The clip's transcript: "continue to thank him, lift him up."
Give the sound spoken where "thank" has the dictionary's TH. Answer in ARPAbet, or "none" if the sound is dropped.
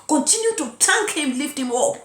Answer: T